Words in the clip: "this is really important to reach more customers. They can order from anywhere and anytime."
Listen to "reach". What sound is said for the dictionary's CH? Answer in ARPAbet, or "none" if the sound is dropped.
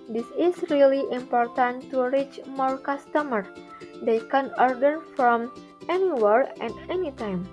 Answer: CH